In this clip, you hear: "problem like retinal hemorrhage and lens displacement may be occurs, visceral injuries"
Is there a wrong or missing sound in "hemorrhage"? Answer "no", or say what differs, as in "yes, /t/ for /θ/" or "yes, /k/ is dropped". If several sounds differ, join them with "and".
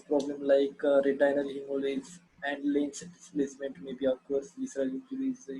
yes, /z/ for /dʒ/